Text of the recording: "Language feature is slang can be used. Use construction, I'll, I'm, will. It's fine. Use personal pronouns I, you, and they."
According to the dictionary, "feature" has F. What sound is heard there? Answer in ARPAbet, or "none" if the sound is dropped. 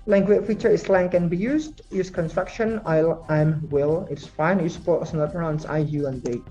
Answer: F